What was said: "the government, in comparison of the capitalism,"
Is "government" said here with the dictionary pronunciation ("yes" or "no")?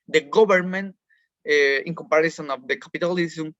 no